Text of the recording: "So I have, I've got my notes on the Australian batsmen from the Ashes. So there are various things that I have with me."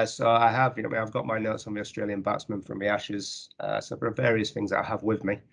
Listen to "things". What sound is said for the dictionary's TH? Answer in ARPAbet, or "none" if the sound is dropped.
TH